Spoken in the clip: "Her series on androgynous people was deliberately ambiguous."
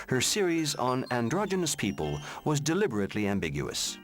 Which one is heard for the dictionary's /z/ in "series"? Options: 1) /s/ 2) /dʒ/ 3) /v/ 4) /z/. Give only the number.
4